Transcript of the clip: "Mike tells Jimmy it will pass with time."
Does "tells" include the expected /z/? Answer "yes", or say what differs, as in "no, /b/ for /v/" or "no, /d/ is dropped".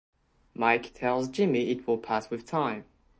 yes